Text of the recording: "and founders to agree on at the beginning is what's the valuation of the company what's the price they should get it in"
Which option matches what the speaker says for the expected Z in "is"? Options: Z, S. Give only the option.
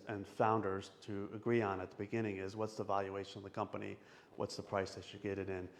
Z